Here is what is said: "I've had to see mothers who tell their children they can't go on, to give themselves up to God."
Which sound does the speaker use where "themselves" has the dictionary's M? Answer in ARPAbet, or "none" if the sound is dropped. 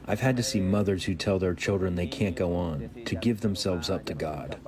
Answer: M